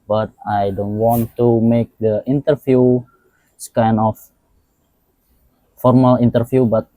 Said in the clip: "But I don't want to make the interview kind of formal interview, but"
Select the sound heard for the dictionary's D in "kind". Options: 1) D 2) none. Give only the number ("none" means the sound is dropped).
2